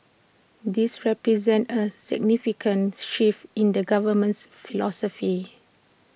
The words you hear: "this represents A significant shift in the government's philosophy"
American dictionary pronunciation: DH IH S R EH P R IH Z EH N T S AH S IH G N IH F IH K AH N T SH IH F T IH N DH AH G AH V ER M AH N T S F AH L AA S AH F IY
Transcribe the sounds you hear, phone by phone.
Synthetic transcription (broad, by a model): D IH S R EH P R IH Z EH N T AH S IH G N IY F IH K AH N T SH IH F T IH N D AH G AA V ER M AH N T S F AH L AA S AH F IY